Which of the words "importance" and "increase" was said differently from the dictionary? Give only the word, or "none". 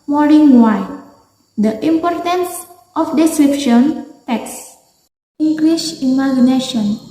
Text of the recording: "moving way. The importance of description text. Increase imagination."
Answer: increase